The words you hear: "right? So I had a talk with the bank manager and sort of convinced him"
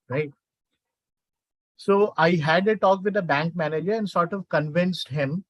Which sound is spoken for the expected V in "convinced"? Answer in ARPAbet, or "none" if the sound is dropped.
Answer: V